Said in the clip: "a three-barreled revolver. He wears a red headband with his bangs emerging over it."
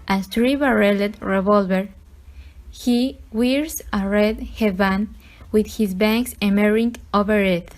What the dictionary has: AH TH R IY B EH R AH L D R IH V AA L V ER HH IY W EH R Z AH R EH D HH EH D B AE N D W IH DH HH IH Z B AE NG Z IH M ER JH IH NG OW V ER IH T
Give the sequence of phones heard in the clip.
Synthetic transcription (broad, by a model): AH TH R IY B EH R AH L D R IH V AA L V ER HH IY W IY R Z AH R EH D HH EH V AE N W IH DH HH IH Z B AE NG S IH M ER IH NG OW V ER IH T